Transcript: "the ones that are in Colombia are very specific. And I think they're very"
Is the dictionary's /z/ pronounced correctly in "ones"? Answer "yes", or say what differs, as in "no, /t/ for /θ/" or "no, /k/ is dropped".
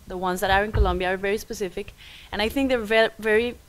yes